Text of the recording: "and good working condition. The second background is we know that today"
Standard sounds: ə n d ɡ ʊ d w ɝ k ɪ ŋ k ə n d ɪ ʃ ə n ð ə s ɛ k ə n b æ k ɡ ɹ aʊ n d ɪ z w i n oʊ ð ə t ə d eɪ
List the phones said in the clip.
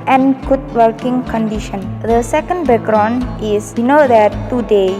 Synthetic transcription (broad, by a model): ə n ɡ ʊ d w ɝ k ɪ ŋ k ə n d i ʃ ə n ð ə s ɛ k ə n b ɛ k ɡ ɹ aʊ n ɪ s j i n oʊ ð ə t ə d eɪ